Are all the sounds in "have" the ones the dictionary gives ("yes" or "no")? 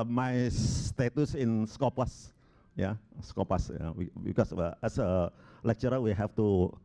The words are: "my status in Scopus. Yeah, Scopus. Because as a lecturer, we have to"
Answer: no